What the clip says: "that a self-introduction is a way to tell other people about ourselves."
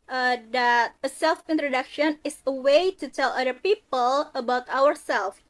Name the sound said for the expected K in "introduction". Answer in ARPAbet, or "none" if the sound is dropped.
K